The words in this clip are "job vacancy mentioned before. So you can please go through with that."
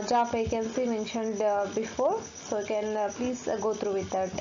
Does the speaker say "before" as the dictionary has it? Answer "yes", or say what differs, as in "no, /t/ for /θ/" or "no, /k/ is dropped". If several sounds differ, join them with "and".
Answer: yes